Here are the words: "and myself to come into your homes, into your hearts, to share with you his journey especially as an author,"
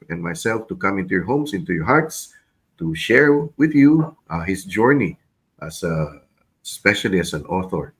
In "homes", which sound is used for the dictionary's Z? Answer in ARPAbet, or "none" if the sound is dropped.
S